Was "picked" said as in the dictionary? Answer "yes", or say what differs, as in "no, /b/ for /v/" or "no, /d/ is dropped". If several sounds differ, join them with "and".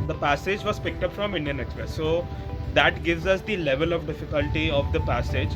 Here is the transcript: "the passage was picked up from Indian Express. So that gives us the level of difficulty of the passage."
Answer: yes